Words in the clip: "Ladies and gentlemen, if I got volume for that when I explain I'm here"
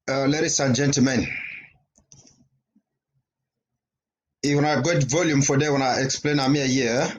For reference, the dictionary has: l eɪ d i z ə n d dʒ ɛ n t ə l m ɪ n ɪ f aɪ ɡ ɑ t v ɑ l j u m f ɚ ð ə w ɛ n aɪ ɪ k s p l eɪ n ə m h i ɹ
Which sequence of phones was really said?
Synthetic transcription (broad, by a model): l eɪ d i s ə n dʒ ɛ n t ə l m ɪ n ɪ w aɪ ɡ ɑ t v ɑ l j u m f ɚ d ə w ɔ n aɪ ɪ k s p l eɪ n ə m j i